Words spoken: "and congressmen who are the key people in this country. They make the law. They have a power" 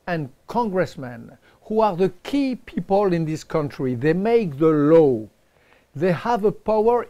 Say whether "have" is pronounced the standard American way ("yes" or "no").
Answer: yes